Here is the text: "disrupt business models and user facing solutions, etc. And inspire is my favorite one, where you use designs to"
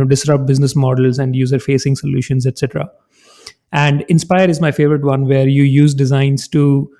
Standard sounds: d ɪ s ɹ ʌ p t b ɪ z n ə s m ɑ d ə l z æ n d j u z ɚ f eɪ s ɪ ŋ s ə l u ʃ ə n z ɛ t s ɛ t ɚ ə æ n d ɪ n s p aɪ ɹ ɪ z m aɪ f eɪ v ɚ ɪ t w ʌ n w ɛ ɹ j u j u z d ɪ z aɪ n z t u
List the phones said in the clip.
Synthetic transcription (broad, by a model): d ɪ s ɹ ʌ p b ɪ z n ə s m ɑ d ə l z æ n d j u z ɚ f eɪ s ɪ ŋ s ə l u ʃ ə n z ɛ t s ɛ t ɚ ə æ n d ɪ n s p aɪ ɹ ɪ z m aɪ f eɪ v ɚ ɪ t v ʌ n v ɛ ɹ j u j u z d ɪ z aɪ n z t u